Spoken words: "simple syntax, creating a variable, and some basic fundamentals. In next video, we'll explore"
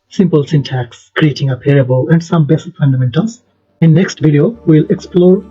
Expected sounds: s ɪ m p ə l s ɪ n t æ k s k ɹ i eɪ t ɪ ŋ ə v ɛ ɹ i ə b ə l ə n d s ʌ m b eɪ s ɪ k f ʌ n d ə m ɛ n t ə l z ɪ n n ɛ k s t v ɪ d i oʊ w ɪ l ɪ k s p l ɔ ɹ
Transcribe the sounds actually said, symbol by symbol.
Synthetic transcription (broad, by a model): s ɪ m p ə l s ɪ n t æ k s k ɹ i eɪ t ɪ ŋ ə p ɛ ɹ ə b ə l ə n d s ʌ m b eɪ s f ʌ n d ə m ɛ n t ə l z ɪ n n ɛ k s t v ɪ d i oʊ w ɪ l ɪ k s p l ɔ ɹ